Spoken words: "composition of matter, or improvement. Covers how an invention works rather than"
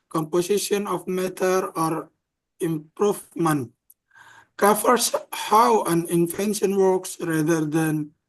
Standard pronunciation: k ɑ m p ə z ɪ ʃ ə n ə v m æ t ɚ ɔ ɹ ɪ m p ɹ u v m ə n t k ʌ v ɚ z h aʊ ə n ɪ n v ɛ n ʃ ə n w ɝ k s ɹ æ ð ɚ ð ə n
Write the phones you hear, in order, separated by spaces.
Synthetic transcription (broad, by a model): k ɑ m p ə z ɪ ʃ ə n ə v m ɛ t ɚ ɔ ɹ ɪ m p ɹ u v m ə n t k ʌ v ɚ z h aʊ ə n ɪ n f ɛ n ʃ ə n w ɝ k s ɹ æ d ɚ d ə n